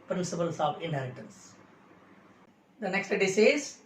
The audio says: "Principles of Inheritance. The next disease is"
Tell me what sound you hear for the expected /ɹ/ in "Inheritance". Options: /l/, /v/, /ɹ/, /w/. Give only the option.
/l/